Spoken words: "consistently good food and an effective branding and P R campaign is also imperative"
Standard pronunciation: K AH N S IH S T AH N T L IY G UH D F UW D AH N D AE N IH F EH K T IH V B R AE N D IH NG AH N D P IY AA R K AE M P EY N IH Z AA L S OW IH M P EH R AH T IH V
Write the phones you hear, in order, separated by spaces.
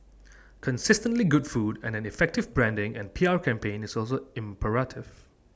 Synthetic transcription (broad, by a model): K AH N S IH S T AH N T L IY G UH D F UW D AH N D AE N IH F EH K T IH V B R AE N D IH NG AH N P IY AA R K AE M P EY N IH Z AA L S OW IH M P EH R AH T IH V